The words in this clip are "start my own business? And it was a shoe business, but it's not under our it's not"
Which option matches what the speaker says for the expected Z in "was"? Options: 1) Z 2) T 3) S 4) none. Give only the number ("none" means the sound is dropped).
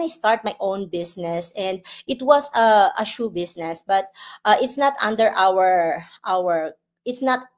3